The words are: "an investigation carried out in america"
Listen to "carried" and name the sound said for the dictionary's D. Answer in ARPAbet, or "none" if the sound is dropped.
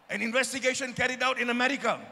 D